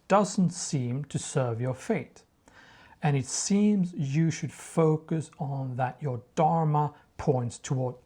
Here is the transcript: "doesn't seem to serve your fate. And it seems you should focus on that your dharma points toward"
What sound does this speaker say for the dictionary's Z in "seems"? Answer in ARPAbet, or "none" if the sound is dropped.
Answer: Z